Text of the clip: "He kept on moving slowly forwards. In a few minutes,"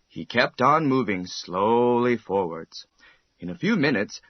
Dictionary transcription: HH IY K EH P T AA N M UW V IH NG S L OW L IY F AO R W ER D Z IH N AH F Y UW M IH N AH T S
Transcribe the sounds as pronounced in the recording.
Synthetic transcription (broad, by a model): HH IY K EH P T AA N M UW V IH NG S L OW L IY F AO R W ER D Z IH N AH F Y UW M IH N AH T S